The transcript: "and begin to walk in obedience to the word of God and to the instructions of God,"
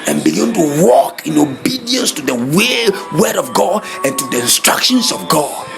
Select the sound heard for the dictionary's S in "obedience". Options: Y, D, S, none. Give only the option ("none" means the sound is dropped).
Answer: S